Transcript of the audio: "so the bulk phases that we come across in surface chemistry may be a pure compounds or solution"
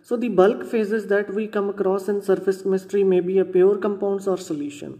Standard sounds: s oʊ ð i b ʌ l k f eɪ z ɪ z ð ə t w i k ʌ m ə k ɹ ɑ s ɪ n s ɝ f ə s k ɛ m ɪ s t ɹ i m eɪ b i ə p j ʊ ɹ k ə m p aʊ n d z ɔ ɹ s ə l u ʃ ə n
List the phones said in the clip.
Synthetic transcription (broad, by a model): s oʊ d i b ʌ l k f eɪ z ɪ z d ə t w i k ʌ m ə k ɹ ɑ s ɪ n s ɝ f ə s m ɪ ɪ s t ɹ i m eɪ b i ə p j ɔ ɹ k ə m p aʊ n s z ɔ ɹ s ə l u ʃ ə n